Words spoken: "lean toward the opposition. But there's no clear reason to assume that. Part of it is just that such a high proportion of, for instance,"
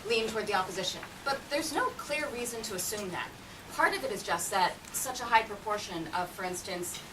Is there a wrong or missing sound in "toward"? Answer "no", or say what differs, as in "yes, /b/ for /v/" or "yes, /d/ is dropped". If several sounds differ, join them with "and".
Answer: no